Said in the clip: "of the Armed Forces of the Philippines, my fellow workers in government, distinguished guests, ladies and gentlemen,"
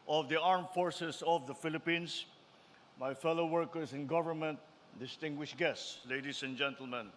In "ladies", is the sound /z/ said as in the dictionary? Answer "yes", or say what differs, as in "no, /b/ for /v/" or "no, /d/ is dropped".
no, /s/ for /z/